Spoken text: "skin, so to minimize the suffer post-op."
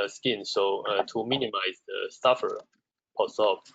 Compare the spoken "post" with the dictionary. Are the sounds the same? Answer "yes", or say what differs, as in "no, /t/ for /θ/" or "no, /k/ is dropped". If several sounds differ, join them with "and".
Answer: no, /t/ is dropped